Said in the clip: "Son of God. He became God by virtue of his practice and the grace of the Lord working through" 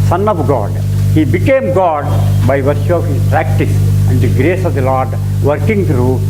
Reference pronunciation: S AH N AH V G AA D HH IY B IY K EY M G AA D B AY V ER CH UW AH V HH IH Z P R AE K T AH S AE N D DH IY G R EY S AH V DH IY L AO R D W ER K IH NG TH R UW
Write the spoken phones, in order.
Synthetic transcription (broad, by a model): S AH N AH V G AA D HH IY B IY K EY M G AA D B AY V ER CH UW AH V HH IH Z P R AE K T AH S AE N D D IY G R EY S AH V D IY L AO R D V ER K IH NG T R UW